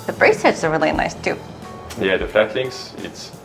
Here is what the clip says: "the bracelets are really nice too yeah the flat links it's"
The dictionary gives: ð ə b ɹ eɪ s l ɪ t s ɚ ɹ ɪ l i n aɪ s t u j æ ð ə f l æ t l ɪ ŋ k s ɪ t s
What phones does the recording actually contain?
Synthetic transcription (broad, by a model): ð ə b ɹ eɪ s ɪ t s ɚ ɹ ɪ l i n aɪ s t u j æ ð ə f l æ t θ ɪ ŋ s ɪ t s